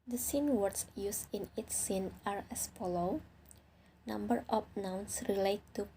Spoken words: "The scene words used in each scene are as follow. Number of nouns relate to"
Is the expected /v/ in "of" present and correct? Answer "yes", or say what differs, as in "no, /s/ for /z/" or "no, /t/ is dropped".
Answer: no, /p/ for /v/